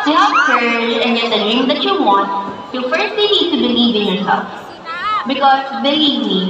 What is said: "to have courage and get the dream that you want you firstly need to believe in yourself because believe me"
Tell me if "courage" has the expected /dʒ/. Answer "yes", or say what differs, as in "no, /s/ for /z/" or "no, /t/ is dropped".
no, /dʒ/ is dropped